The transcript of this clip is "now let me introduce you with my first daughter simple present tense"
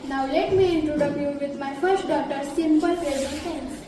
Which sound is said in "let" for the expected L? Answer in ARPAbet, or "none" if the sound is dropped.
L